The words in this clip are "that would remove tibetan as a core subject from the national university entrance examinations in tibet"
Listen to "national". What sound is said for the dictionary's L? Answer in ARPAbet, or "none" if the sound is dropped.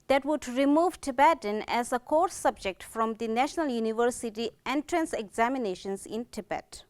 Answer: L